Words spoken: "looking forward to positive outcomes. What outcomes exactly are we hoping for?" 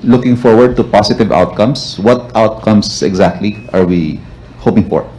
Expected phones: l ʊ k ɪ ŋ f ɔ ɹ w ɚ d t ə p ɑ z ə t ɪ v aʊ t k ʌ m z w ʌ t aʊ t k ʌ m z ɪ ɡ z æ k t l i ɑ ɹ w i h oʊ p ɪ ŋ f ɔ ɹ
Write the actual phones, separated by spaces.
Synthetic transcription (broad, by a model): l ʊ k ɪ ŋ f ɔ ɹ w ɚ d t ə p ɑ s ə t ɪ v aʊ t k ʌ m s w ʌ t aʊ t k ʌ m s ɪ ɡ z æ k t l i ɑ ɹ w i h oʊ p ɪ ŋ f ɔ ɹ